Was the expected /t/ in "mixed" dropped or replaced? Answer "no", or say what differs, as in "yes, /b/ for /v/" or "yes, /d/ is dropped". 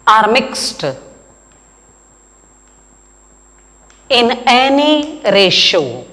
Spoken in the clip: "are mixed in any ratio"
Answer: no